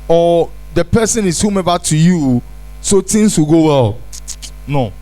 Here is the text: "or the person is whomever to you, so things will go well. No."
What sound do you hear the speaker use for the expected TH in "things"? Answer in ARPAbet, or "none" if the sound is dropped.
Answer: T